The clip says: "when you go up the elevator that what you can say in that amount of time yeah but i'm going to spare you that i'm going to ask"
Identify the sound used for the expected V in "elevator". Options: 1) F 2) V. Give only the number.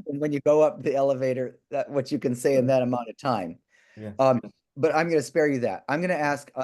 2